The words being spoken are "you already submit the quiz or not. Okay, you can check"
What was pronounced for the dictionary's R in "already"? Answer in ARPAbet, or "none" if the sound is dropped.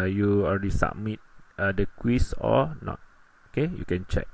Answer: L